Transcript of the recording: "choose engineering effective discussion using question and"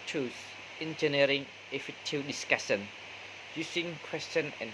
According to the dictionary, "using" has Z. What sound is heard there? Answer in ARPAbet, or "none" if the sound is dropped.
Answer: S